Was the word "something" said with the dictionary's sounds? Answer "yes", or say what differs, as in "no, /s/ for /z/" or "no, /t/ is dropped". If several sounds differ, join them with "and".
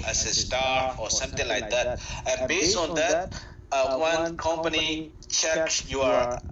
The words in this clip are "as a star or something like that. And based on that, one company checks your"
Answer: no, /t/ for /θ/